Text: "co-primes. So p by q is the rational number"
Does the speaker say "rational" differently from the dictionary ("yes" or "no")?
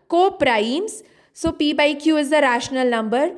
no